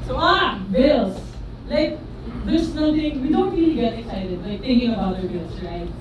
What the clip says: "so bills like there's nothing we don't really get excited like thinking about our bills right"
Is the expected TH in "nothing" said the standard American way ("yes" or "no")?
no